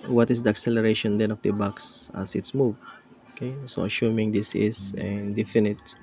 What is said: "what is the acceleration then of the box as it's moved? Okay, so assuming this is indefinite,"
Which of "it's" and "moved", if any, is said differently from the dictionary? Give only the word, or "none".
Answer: moved